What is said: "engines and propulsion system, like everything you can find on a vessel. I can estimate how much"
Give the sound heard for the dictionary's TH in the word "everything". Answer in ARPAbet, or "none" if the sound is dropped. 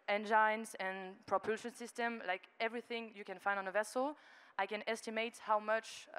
TH